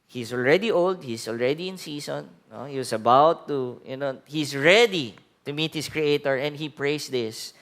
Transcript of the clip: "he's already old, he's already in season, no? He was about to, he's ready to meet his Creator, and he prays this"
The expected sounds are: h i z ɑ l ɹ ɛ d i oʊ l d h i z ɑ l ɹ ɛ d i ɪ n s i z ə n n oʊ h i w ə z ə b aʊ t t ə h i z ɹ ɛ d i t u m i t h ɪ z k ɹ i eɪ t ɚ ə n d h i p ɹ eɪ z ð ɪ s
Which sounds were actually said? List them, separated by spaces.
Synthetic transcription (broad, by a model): h i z ɑ l ɹ ɛ d i oʊ l d h i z ɑ l ɹ ɛ d i ɪ n s i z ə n n oʊ h i w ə s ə b aʊ t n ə h i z ɹ ɛ d i t u m i t h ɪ s k ɹ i eɪ t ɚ ə n d h i p ɹ eɪ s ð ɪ s